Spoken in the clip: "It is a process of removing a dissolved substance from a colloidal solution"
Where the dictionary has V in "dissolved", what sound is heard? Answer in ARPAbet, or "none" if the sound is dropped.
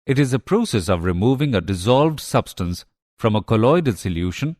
V